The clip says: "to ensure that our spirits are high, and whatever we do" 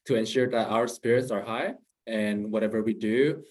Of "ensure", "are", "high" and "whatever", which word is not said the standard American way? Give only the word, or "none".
none